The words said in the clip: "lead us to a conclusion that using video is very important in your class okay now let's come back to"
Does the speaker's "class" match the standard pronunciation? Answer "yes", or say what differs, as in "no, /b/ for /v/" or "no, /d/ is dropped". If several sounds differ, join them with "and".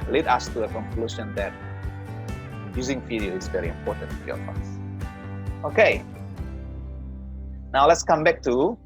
no, /l/ is dropped